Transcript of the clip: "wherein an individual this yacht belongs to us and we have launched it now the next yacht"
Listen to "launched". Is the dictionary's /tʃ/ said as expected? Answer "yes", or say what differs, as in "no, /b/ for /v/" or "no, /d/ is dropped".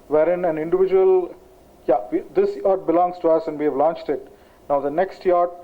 yes